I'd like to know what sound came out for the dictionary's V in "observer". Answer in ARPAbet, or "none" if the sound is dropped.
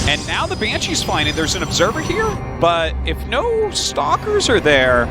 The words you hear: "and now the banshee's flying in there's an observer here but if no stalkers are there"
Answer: V